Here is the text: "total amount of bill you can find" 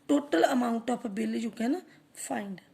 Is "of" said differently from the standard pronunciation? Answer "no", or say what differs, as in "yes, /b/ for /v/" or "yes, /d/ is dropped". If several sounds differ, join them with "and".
yes, /p/ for /v/